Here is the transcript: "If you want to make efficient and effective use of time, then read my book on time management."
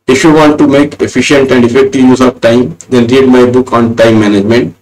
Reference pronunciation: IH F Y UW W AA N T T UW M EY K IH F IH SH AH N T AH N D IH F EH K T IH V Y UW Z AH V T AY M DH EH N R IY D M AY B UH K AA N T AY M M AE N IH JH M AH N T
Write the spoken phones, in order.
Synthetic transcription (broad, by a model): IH F Y UW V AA N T T UW M EY K IH F IH SH AH N T AH N D IH F EH K T IH V Y UW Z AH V T AY M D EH N R IY D M AY B UH K AA N T AY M M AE N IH JH M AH N T